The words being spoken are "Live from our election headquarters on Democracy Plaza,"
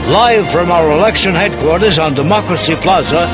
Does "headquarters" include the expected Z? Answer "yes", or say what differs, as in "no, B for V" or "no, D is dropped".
yes